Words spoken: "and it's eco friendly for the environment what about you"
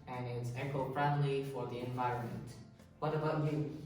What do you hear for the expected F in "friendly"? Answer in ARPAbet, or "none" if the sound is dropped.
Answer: P